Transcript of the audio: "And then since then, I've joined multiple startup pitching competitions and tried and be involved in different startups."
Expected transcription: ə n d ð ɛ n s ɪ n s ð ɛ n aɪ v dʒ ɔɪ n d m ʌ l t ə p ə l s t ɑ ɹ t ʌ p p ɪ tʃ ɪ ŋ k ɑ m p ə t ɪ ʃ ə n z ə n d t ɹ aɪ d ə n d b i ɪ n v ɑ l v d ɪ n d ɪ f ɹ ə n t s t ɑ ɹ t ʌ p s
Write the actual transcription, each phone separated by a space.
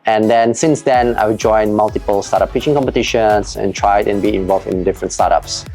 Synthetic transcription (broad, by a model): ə n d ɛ n s ɪ n s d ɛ n aɪ w dʒ ɔɪ n m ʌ l t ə p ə l s t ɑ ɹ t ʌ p p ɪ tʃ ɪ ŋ k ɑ m p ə t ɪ ʃ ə n s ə n t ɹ aɪ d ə n b i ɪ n v ɑ l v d ɪ n d ɪ f ɹ ə n t s t ɑ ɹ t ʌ p s